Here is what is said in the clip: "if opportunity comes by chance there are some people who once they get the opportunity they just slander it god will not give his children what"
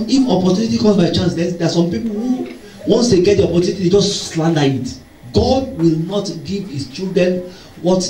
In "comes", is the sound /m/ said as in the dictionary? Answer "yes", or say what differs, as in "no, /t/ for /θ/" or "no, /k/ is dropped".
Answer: no, /m/ is dropped